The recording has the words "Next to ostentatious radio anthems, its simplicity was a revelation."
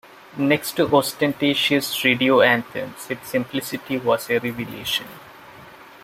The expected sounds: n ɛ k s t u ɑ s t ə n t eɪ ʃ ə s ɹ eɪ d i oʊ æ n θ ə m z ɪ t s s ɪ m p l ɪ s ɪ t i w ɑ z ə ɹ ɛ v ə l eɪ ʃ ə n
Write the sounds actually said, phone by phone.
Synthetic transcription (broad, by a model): n ɛ k s t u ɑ s t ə n t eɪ ʃ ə s ɹ eɪ d i oʊ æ n t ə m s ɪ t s s ɪ m p l ɪ s ɪ t i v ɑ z ə ɹ ɛ v ə l eɪ ʃ ə n